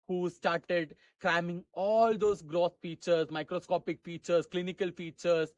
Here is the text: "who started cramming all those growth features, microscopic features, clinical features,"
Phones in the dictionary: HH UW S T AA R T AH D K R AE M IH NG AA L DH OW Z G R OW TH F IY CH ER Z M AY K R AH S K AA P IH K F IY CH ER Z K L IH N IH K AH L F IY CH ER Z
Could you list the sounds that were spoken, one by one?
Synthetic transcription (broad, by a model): HH UW S T AA R T AH D K R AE M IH NG AA L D OW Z G R OW S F IY CH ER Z M AY K R AH S K AA P IH K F IY CH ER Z K L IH N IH K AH L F IY CH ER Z